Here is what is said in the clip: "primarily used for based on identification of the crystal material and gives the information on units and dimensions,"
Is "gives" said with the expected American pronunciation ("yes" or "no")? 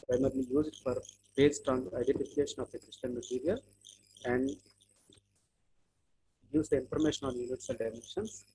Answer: no